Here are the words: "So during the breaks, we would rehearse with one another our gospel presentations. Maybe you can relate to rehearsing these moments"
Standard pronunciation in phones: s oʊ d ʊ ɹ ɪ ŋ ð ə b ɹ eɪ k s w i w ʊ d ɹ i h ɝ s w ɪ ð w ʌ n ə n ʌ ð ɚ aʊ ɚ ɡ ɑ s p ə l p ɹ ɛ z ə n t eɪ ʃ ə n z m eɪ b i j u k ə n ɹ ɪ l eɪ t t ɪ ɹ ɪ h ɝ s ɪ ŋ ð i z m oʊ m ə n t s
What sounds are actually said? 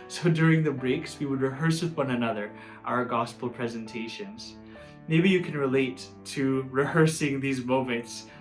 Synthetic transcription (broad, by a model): s oʊ d ʊ ɹ ɪ ŋ ð ə b ɹ eɪ k s w i w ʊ d ɹ i h ɝ s w ɪ ð w ʌ n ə n ʌ ð ɚ aʊ ɚ ɡ ɑ s p l p ɹ ɛ z ə n t eɪ ʃ ə n z m eɪ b i j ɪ k n ɹ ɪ l eɪ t t ɪ ɹ ɪ h ɝ s ɪ ŋ ð i z m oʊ m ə n t s